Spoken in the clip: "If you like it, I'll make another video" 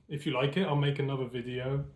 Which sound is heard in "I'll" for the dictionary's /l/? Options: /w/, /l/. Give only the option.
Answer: /l/